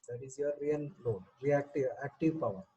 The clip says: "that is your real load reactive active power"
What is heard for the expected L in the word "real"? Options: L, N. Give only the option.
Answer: N